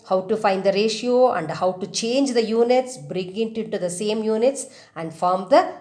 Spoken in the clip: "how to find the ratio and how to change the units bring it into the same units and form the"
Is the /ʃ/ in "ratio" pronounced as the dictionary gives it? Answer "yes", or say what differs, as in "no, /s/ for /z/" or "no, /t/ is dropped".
yes